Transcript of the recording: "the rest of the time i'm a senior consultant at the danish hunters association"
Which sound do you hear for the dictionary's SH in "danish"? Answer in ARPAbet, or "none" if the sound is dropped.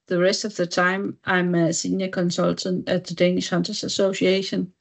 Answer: SH